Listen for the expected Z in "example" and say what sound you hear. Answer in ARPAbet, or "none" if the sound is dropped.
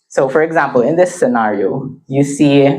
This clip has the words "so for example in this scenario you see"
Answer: Z